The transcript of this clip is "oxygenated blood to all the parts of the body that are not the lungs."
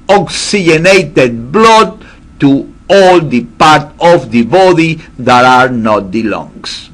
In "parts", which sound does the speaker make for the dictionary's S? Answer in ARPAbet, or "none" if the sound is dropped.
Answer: none